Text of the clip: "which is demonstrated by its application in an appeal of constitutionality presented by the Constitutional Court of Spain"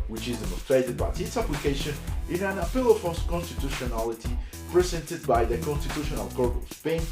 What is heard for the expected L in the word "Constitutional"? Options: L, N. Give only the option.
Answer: L